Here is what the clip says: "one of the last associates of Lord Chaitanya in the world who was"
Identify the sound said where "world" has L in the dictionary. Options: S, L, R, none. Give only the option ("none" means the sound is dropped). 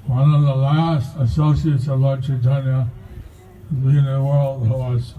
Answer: L